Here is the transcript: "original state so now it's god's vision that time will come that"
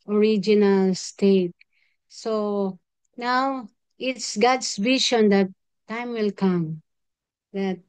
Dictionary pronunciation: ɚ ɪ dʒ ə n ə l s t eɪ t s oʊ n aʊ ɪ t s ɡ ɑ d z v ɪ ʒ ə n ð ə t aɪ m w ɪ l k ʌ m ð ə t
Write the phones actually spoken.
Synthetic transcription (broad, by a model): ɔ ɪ dʒ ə n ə l s t eɪ t s oʊ n aʊ ɪ t s ɡ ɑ d s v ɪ ʃ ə n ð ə t aɪ m w ɪ l k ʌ m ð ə t